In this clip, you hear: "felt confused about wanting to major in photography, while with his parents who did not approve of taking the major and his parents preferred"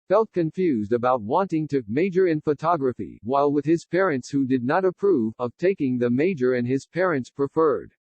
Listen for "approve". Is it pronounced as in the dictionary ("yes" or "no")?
yes